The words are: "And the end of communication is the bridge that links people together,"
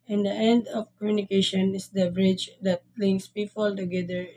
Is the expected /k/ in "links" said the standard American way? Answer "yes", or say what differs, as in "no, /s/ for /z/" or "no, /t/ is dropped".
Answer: no, /k/ is dropped